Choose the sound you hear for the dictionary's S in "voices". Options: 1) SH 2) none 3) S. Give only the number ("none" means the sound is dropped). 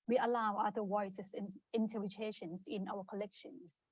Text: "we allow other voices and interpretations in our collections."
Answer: 2